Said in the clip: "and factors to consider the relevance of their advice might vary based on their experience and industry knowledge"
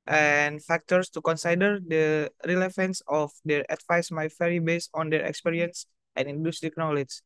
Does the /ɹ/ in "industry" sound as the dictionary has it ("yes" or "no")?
no